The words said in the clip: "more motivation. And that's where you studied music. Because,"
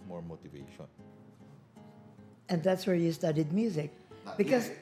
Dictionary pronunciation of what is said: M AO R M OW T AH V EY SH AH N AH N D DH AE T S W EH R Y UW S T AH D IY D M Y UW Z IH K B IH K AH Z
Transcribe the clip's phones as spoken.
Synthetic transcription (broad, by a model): M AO R M OW T AH V EY SH AH N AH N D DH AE T S W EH R Y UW S T AH D IY D M Y UW Z IH K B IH K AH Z